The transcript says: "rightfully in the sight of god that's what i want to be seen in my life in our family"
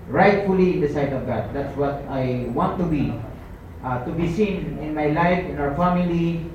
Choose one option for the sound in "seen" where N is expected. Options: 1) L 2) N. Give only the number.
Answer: 2